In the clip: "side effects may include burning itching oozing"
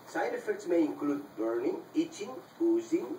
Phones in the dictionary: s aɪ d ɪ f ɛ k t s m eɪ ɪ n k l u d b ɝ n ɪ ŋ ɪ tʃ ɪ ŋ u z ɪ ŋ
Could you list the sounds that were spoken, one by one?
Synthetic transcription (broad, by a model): s aɪ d ɪ f ɛ k t s m eɪ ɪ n k l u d b ɝ n ɪ ŋ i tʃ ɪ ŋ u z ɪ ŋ